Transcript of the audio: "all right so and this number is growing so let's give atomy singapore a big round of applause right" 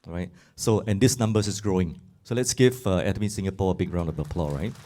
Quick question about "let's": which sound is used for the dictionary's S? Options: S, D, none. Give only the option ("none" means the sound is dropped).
S